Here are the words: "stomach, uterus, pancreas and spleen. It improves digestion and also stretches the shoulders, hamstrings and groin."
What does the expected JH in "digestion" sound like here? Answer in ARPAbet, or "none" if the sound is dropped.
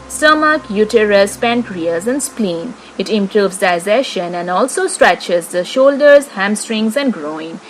Z